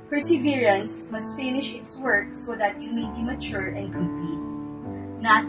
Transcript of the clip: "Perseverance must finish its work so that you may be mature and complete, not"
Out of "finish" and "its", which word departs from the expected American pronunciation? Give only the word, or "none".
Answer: none